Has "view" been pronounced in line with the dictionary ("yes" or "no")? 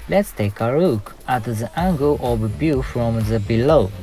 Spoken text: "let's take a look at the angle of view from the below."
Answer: no